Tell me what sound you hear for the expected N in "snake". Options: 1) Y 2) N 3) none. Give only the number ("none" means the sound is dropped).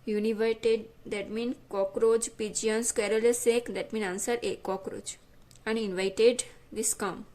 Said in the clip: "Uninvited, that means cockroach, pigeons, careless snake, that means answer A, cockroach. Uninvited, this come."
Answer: 3